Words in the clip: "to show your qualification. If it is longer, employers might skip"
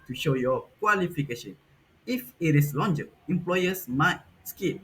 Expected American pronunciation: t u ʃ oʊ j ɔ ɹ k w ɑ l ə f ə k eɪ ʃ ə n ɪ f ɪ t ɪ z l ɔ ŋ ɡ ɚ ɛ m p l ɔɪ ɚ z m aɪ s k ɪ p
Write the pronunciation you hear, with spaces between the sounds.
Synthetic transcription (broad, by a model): t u ʃ oʊ j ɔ k w ɑ l ə f ə k eɪ ʃ ə n ɪ f ɪ t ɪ s l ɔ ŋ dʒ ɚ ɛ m p l ɔɪ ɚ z m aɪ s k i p